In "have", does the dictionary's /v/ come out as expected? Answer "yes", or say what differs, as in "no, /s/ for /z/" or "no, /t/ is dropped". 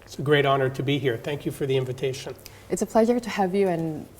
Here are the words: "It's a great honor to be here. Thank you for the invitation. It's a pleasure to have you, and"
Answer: yes